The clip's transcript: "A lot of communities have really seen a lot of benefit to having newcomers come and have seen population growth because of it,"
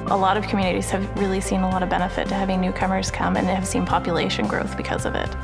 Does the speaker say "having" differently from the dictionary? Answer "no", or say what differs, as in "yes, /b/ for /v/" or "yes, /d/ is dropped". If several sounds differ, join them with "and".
no